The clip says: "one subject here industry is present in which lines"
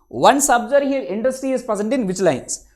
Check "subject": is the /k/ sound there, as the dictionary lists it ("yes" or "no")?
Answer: no